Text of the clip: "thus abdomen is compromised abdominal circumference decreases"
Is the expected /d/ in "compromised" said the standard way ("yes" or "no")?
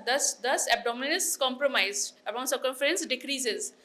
no